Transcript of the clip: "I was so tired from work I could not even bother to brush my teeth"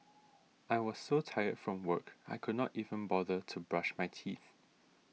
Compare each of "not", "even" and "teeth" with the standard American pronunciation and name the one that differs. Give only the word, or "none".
none